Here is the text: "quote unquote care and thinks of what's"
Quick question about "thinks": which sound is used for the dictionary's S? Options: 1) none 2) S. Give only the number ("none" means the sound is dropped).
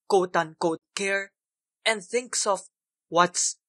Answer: 2